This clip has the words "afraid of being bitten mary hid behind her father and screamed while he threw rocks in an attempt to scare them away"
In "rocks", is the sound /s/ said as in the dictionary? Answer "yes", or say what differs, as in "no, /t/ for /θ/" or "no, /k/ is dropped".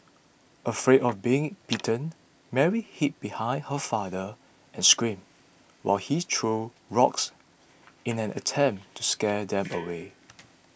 yes